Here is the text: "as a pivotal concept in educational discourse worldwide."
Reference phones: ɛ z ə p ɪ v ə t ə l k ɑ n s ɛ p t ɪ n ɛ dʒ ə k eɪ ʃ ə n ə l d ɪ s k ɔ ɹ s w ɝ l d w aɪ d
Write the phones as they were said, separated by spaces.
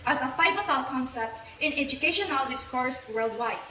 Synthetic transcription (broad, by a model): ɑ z ə f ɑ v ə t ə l k ɑ n s ɛ p t ɪ n ɛ dʒ ə k eɪ ʃ ə n ə l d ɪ s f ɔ ɹ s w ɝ l d w aɪ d